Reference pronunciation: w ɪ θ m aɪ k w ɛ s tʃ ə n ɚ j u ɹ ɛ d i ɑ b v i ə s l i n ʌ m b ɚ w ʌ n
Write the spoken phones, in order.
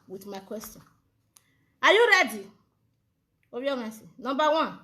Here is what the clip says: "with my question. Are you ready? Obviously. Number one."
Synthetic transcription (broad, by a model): w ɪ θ m aɪ k w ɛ s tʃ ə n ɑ j u ɹ ɛ d i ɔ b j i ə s i n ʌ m b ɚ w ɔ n